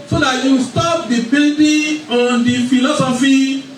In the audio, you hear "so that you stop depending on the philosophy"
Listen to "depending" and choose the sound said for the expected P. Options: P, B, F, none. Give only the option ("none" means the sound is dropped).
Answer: B